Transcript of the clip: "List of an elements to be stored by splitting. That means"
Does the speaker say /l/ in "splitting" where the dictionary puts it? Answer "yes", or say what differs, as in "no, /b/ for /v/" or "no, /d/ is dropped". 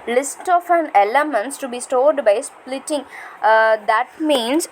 yes